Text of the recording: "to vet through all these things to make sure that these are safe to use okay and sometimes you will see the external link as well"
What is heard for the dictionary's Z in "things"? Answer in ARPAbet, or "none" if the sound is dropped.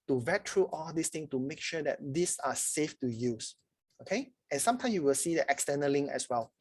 none